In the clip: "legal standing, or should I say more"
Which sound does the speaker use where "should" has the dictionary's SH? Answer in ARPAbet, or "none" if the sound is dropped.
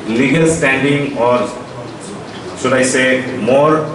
S